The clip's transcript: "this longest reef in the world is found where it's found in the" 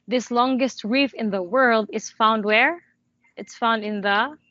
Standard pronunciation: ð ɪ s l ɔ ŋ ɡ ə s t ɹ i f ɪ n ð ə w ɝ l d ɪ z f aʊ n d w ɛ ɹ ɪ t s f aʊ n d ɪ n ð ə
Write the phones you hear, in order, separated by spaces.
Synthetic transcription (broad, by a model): ð ɪ s l ɔ ŋ ɡ ə s t ɹ i f ɪ n ð ə w ɝ l d ɪ z f aʊ n d w ɛ ɹ ɪ t s f aʊ n d ɪ n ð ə